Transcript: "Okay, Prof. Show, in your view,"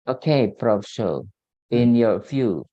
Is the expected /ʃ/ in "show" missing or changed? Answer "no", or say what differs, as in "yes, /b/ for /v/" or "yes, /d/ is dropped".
yes, /s/ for /ʃ/